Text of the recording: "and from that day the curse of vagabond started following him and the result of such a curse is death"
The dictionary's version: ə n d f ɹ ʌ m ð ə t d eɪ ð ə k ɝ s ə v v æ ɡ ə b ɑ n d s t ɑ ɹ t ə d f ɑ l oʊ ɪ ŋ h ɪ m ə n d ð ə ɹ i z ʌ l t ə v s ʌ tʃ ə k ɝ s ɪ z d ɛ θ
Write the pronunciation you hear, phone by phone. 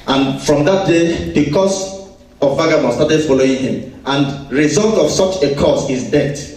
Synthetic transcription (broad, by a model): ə n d f ɹ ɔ m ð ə t d eɪ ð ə k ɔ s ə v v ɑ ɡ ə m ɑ s t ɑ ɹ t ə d f ɑ l oʊ ɪ ŋ h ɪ m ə n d ɹ i z ʌ l t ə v s ʌ tʃ ə k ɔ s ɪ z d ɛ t